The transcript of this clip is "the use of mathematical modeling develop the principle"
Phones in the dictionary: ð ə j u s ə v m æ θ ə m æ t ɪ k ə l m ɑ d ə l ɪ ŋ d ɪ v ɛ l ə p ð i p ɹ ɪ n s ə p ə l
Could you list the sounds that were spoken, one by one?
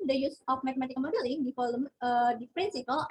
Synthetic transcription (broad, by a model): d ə j u s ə f m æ t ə m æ t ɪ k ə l m ɑ d ə l ɪ ŋ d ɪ f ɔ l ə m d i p ɹ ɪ n s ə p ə l